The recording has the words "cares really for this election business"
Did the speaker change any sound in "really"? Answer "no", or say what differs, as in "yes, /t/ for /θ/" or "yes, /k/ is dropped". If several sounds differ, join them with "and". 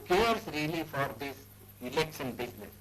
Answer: no